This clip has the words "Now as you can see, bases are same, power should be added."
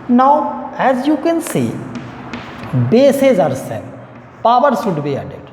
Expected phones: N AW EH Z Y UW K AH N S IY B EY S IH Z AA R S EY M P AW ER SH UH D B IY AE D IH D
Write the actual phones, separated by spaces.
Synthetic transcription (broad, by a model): N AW EH Z Y UW K AH N S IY B EY S IH Z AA R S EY P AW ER S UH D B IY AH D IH